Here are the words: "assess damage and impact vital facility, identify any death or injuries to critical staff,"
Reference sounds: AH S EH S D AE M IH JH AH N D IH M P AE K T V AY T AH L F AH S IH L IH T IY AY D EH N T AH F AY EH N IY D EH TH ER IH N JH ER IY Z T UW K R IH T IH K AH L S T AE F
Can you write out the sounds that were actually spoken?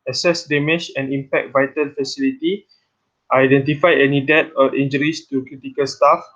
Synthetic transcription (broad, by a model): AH S EH S D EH M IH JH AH N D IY M P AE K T V AY T AH L F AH S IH L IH T IY AY D EH N T AH F AY EH N IY D EH T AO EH N JH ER IY S T UW K R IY T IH K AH L S T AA F